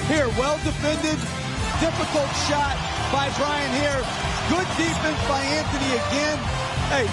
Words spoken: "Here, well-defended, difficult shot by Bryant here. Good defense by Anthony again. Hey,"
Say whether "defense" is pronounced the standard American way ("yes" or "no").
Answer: no